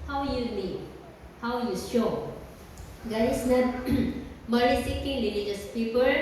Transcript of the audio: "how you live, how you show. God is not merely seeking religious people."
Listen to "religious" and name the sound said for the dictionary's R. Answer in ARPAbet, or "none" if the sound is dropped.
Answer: L